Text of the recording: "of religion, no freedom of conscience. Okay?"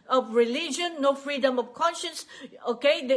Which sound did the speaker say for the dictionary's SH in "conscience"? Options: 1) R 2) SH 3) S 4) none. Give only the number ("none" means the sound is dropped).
2